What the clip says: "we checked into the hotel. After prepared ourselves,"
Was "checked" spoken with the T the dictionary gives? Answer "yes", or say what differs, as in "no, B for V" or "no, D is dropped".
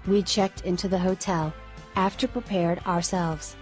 yes